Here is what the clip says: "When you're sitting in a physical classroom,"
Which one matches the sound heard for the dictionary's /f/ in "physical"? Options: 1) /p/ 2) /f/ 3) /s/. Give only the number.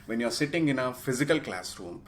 2